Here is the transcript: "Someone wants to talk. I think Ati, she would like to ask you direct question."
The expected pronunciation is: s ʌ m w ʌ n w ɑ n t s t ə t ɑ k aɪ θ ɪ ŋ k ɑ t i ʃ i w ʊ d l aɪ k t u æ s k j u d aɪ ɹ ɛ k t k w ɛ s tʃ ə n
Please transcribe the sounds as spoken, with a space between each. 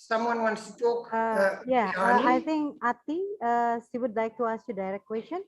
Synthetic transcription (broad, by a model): s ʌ m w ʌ n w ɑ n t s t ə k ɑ aɪ t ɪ ŋ k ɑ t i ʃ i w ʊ d l aɪ k t u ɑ s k j u d aɪ ɹ ɛ k t k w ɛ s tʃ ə n